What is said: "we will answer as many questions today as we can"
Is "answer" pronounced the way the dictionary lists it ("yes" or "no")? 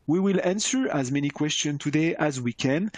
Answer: yes